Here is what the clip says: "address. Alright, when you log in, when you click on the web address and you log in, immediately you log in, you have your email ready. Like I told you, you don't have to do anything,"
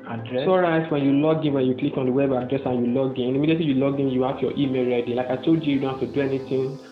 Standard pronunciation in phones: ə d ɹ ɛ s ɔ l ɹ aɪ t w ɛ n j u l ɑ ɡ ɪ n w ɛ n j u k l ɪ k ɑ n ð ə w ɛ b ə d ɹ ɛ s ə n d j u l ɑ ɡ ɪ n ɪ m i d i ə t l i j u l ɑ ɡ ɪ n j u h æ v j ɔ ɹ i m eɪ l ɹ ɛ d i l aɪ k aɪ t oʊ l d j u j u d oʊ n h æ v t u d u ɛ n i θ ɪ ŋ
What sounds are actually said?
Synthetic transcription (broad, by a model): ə d ɹ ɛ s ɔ ɹ aɪ t w ɛ n j u l ɑ ɡ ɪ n w ɛ n j u k l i k ɑ n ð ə w ɛ b ə d ɹ ɛ s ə n j u l ɑ ɡ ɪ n ɪ m i d i ə t l i j u l ɑ ɡ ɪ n j u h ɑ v j ɔ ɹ i m eɪ l ɹ ɛ d i l aɪ k aɪ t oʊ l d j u j u d oʊ n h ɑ f t u d u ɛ n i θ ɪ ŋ